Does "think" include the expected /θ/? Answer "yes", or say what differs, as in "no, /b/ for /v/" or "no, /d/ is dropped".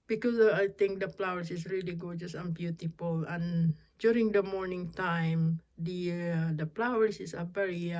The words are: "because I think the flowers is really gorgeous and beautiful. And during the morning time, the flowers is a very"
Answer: no, /t/ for /θ/